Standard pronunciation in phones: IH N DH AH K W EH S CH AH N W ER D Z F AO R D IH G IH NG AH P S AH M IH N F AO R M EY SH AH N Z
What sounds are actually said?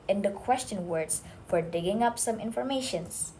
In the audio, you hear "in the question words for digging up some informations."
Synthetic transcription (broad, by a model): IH N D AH K W EH S CH AH N W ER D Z F AO R D IH G IH NG AH P S AH M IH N F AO R M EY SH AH N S